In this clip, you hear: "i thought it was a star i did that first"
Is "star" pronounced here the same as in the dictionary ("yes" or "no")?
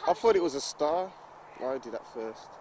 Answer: no